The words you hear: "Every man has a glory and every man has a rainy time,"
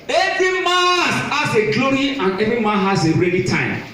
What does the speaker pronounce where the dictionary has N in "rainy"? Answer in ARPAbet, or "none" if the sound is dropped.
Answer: L